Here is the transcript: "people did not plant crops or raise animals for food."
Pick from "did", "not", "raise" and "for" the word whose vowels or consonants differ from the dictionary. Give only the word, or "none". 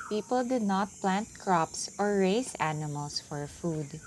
raise